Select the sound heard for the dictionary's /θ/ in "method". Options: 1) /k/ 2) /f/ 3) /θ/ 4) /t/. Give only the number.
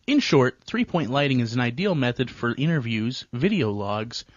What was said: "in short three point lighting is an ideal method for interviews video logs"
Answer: 3